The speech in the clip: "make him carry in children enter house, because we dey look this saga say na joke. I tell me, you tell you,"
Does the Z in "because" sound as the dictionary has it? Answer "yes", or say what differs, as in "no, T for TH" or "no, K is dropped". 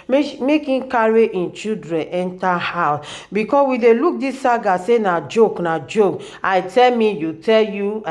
no, S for Z